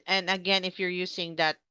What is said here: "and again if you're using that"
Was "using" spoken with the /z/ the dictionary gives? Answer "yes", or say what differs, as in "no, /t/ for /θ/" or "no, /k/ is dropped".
no, /s/ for /z/